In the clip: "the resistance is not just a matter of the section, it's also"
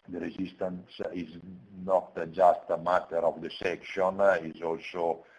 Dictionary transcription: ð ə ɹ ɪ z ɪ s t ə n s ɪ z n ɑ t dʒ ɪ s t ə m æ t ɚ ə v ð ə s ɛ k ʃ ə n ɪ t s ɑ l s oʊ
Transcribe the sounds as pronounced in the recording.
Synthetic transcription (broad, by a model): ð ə ɹ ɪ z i s t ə n s ɪ z n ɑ t dʒ ɪ s t ə m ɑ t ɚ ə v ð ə s ɛ k ʃ ə n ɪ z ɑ l s oʊ